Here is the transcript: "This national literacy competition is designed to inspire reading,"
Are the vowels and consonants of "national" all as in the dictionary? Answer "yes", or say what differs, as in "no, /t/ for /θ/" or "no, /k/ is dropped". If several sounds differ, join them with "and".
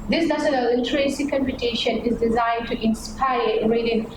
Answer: no, /s/ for /ʃ/